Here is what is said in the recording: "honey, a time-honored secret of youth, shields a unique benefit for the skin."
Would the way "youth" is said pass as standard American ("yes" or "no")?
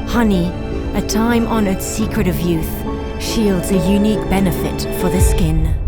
yes